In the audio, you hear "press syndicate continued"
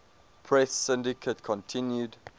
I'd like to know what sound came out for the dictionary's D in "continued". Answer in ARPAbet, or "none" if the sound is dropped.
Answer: D